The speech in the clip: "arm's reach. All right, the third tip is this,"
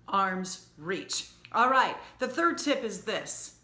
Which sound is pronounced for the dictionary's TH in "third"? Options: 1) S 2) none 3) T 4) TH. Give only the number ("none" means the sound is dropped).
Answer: 4